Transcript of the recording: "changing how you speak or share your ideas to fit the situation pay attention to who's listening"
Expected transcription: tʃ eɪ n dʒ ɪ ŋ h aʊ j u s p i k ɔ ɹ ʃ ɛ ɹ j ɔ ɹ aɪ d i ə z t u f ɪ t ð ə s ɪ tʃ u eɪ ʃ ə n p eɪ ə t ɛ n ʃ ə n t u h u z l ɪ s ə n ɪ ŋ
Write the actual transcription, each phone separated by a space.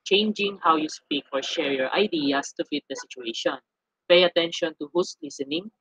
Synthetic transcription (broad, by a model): tʃ eɪ n dʒ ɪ ŋ h aʊ j u s p i k ɔ ɹ ʃ ɛ ɹ j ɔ ɹ aɪ d i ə s t u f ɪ t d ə s ɪ tʃ u eɪ ʃ ə n p eɪ ə t ɛ n ʃ ə n t u h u s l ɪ s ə n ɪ ŋ